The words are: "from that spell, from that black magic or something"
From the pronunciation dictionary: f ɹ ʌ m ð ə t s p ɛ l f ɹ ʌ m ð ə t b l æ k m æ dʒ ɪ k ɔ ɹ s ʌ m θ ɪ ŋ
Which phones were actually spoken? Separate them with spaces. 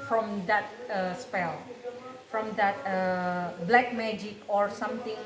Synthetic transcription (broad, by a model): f ɹ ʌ m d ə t s p ɛ l f ɹ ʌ m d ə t b l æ k m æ dʒ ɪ k ɔ ɹ s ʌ m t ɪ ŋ